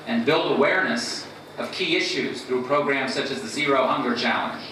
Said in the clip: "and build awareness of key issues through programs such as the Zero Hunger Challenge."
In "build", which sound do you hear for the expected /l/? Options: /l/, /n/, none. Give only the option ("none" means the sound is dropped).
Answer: /l/